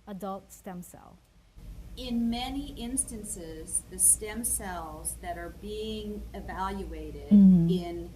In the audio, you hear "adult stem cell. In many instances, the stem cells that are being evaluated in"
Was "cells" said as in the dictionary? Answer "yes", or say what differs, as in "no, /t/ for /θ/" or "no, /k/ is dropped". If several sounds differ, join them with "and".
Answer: yes